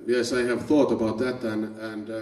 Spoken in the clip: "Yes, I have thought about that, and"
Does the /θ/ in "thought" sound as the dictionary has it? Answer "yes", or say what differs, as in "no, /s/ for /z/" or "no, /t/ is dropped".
yes